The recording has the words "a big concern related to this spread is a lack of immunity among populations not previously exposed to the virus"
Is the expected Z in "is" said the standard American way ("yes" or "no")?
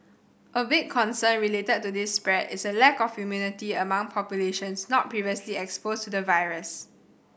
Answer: no